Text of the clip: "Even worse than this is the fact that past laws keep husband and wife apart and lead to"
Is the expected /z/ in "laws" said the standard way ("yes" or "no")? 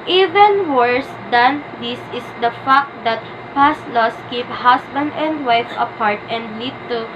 no